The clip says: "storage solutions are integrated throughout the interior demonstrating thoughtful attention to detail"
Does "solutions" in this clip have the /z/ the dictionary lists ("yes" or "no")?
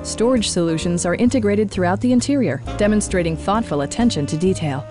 yes